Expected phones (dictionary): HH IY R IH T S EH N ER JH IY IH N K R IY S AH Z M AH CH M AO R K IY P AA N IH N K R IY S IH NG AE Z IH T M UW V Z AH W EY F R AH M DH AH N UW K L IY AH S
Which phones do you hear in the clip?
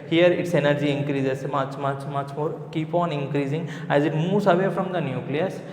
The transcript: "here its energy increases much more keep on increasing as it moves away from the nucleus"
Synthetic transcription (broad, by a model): HH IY R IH T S EH N ER JH IY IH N K R IY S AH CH M AH CH M AO R K IY P AA N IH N K R IY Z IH NG AE Z IH T M UW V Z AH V EY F R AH M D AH N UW K L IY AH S